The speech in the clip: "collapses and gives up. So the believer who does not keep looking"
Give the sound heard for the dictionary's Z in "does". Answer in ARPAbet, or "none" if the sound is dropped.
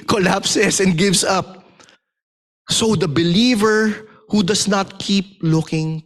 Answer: S